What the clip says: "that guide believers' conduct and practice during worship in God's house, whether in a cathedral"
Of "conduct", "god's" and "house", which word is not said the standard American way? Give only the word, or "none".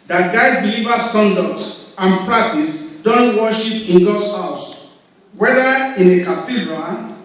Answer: god's